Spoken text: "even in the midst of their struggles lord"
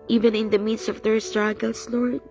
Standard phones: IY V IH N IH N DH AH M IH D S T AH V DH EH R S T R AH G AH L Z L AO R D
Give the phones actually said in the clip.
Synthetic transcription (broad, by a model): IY V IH N IH N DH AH M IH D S AH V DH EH R S T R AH G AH L S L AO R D